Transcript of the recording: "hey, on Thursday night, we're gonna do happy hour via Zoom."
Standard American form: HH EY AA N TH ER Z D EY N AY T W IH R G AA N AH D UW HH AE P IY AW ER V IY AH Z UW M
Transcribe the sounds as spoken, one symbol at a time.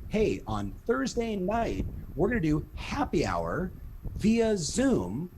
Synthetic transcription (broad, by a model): HH EY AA N TH ER Z D EY N AY T W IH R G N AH D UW HH AE P IY AW ER V IY AH Z UW M